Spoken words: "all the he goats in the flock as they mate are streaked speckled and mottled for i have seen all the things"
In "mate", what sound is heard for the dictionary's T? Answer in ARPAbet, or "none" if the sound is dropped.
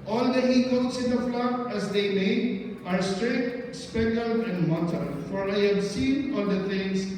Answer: none